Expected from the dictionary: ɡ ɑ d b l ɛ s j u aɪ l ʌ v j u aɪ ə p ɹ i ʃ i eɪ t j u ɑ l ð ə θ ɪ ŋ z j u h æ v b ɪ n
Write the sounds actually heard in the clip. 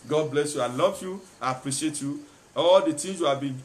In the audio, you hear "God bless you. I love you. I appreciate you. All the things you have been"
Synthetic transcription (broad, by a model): ɡ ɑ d b l ɛ s j u aɪ l ʌ v j u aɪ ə p ɹ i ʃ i eɪ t j u ɑ l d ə t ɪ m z j u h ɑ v b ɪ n